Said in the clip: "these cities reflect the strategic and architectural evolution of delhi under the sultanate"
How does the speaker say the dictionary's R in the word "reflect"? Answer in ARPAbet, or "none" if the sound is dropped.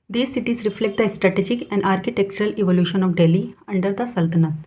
R